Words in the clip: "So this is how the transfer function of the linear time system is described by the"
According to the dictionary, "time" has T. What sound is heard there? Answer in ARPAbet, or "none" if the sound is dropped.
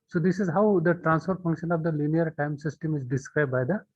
T